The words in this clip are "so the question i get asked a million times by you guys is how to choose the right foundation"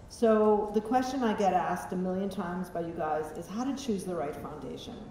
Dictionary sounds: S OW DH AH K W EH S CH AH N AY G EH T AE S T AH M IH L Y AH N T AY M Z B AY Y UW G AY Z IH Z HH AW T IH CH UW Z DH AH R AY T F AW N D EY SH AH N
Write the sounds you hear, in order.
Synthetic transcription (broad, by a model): S OW DH AH K W EH S CH AH N AY G EH T AE S T AH M IH L Y AH N T AY M Z B AY Y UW G AY Z IH Z HH AW T IH CH UW Z DH AH R AY T F AW N D EY SH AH N